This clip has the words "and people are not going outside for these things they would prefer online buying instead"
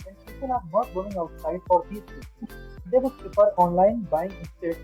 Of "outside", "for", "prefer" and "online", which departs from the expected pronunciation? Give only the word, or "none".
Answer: prefer